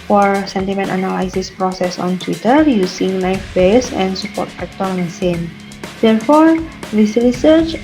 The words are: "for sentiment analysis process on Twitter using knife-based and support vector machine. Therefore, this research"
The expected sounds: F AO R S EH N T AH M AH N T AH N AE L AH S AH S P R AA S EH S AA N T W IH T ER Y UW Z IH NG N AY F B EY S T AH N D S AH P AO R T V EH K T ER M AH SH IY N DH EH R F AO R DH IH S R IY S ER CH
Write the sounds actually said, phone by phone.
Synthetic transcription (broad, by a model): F AO R S EH N T AH M AH N T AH N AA L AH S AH S P R AA S EH S AA N T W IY T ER Y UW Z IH NG L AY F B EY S AH N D S AH P AO R T F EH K T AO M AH S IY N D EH R F AO R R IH S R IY S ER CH